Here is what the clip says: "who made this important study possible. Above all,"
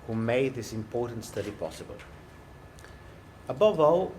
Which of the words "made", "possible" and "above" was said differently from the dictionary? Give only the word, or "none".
none